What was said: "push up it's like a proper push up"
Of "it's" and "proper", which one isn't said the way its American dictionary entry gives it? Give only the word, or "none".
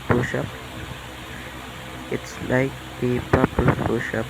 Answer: proper